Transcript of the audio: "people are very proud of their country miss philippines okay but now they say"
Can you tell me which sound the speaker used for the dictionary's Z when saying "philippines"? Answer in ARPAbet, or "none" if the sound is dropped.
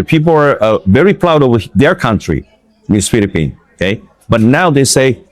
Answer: none